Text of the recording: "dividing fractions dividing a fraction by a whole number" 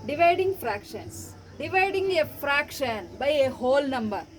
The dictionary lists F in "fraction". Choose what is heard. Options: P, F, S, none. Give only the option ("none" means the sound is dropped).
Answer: F